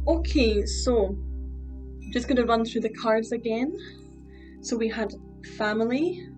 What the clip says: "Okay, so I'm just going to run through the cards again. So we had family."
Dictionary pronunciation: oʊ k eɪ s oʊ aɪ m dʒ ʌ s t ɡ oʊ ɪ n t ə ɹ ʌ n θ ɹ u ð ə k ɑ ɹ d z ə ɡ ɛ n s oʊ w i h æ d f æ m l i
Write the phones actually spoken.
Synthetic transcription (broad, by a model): oʊ k eɪ s oʊ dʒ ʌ s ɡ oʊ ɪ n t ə ɹ ʌ n θ ɹ u ð ə k ɑ ɹ d z ə ɡ ɛ n s oʊ w i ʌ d f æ m l i